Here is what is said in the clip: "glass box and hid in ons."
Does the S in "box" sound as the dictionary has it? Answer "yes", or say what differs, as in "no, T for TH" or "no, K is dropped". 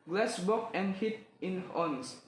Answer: no, S is dropped